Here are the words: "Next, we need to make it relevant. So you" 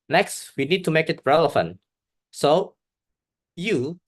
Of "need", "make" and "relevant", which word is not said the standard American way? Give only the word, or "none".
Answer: relevant